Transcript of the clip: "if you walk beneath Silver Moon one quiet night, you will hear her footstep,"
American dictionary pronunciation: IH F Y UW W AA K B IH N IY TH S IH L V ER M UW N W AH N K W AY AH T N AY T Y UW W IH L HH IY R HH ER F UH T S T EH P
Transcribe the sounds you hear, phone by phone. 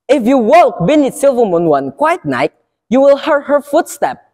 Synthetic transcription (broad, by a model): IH F Y UW W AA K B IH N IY T S IH L V ER M UW N W AH N K W AY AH T N AY T Y UW W IH L HH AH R HH ER F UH T S T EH P